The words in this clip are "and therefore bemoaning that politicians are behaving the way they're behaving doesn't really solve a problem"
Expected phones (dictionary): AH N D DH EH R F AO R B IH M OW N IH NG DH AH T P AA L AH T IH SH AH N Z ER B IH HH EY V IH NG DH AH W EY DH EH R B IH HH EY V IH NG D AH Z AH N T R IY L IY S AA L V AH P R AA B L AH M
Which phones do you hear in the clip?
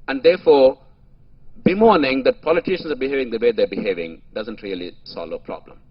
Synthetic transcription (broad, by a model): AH N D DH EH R F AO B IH M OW N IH NG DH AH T P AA L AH T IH SH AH N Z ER B IH HH EY V IH NG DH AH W EY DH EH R B IH HH EY V IH NG D AH Z AH N T R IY L IY S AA L AH P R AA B L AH M